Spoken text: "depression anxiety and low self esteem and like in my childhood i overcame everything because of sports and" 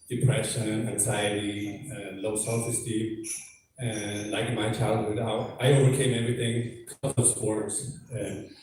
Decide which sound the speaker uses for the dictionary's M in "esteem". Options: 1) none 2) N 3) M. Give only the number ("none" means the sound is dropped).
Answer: 1